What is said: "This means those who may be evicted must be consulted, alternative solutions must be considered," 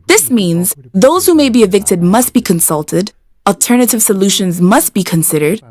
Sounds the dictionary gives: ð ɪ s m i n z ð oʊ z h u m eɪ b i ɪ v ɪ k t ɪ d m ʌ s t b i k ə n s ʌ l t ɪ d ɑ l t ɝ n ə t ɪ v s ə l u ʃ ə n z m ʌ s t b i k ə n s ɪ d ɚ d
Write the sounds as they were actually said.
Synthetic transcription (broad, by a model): ð ɪ s m i n z ð oʊ z h u m eɪ b i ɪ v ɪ k t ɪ d m ʌ s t b i k ə n s ʌ l t ɪ d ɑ l t ɝ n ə t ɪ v s ə l u ʃ ə n z m ʌ s t b i k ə n s ɪ d ɚ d